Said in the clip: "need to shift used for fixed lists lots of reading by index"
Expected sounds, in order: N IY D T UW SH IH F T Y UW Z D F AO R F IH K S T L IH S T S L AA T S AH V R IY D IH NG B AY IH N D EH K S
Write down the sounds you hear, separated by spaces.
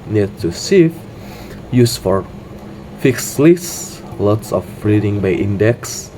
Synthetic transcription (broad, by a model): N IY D T UW S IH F Y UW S F AO R F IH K S L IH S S L AA T S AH F R IY D IH NG B AY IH N D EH K S